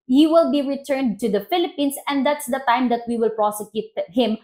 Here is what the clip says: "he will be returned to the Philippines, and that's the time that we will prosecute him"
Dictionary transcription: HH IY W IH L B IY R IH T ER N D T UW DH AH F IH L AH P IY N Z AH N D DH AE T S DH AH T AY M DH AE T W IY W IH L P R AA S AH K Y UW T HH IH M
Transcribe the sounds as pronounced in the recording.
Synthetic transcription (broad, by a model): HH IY W IH L B IY R IH T ER N D T UW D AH F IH L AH P IY N S AH N D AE T S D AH T AY M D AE T W IY W IH L P R AA S AH K Y UW T HH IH M